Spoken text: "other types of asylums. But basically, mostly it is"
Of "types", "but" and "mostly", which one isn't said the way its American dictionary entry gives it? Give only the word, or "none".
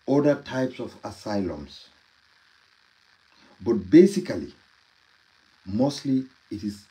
none